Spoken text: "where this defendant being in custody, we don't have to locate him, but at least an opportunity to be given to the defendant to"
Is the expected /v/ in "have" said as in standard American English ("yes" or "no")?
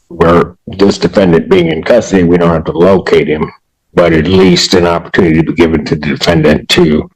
no